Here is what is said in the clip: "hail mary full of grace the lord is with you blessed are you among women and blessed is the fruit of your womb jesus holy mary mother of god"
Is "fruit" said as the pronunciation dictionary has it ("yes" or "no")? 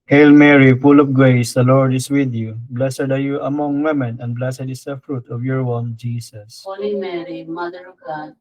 yes